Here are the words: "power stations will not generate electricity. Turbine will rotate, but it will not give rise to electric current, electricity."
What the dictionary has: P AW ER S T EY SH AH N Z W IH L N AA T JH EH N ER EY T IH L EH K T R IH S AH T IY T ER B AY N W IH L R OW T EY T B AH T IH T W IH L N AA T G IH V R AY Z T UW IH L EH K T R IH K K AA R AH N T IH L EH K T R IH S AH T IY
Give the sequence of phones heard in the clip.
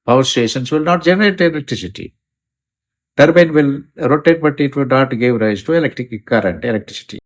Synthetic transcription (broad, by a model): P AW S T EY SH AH N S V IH L N AA T JH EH N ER EY T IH L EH K T R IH S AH T IY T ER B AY N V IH L R OW T EY T B AH T IH T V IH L N AA T G IH V R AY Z T UW IH L EH K T R IH K K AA R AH N T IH L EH K T R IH S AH T IY